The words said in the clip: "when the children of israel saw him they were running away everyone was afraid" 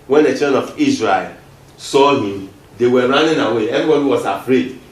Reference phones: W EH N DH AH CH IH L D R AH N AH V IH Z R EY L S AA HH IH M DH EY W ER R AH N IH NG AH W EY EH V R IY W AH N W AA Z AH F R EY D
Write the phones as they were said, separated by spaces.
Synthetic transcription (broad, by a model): W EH N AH CH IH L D AH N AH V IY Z R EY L S AA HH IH M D EY W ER R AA N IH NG AH W EY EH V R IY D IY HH W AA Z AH F R EY D